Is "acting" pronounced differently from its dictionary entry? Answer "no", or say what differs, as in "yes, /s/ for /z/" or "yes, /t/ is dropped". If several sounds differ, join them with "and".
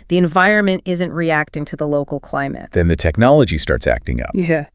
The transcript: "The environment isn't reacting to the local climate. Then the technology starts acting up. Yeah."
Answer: no